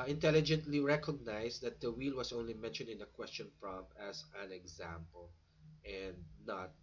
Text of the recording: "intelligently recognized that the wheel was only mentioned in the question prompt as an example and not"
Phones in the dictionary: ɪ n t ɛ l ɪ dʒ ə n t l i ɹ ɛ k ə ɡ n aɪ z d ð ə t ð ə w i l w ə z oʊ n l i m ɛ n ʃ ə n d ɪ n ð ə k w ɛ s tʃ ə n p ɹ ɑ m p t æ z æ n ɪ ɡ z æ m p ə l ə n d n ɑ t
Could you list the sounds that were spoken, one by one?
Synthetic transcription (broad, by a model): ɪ n t ɛ l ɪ dʒ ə n t l i ɹ ɛ k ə ɡ n aɪ s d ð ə t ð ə w i l w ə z oʊ n l i m ɛ n ʃ ə n d ɪ n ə k w ɛ s tʃ ə n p ɹ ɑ m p æ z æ n ɪ ɡ z æ m p ə l ə n d n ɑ t